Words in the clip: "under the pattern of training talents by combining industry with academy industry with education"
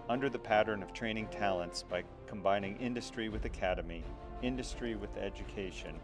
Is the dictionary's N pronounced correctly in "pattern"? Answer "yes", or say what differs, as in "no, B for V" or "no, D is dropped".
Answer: yes